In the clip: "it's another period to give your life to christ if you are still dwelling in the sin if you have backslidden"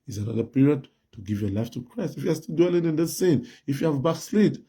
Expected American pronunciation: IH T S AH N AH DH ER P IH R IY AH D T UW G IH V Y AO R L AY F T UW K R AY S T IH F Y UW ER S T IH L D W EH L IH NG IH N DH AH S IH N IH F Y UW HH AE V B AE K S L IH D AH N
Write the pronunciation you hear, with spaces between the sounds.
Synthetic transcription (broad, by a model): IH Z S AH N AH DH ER P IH R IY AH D T UW G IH V Y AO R L AY F T UW K R AY S T IH F Y UW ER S T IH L D W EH L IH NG IH N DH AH S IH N IH F Y UW HH AE V B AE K S L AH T